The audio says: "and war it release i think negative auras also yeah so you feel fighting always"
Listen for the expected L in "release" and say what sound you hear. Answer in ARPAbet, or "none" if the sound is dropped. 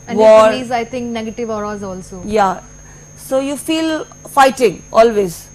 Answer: none